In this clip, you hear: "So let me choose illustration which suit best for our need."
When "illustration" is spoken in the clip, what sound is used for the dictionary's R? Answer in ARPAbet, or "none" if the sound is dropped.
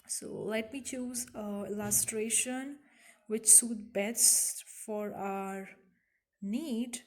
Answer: R